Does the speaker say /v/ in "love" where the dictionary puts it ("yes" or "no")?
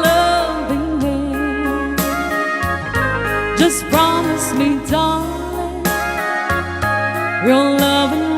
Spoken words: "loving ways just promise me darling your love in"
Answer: yes